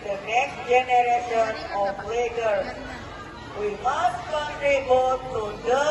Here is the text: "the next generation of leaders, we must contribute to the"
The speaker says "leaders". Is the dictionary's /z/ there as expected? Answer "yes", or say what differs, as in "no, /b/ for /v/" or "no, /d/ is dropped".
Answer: no, /z/ is dropped